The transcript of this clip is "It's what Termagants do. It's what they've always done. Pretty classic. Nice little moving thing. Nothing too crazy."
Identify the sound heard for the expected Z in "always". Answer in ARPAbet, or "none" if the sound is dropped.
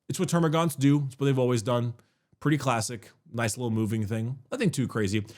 Z